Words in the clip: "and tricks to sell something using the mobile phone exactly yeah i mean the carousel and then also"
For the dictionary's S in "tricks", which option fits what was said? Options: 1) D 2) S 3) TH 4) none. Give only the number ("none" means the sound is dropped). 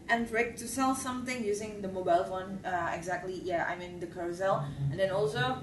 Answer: 4